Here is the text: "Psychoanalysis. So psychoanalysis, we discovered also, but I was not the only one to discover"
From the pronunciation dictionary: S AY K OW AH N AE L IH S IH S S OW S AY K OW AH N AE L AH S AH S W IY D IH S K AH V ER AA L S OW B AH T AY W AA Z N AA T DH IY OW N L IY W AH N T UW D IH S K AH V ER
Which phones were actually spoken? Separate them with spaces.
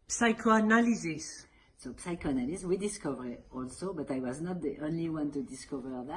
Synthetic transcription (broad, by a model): S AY K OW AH N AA L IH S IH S S OW S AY K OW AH N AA L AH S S W IY D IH S K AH V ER AA L S OW B AH T AY W AA Z N AA T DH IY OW N L IY W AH N T UW D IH S K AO V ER